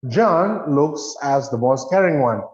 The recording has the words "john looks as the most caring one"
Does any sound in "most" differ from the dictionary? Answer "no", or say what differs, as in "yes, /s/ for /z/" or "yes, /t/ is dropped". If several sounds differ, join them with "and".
no